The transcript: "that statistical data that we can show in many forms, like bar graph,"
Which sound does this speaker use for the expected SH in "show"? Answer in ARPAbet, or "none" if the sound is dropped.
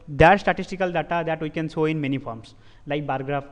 S